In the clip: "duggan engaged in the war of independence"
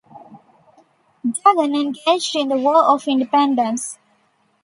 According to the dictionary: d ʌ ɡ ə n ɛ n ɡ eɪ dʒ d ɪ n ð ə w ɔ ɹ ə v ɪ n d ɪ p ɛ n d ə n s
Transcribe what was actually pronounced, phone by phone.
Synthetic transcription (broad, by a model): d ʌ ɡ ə n ɛ n ɡ eɪ dʒ d ɪ n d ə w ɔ l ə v ɪ n d ɪ p ɛ n d ə n s